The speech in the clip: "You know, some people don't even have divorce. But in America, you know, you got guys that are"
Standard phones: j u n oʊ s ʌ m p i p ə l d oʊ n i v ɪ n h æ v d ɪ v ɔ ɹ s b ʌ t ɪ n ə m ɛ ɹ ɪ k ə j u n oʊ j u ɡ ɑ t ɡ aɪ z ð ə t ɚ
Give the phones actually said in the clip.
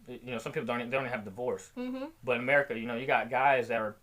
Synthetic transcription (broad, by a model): j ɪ n oʊ s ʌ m p i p l d oʊ n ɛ ɪ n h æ v d ɪ v ɔ ɹ s b ʌ t ɪ n ə m ɛ ɹ ɪ k ə j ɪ n oʊ j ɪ ɡ ɑ t ɡ aɪ z ð ə t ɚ